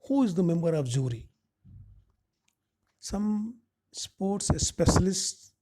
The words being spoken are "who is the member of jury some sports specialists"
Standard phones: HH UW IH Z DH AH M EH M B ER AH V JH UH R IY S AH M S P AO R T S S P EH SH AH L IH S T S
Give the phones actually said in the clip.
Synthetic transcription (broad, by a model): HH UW IH Z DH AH M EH M B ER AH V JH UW R IY S AH M S P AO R T S S P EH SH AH L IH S S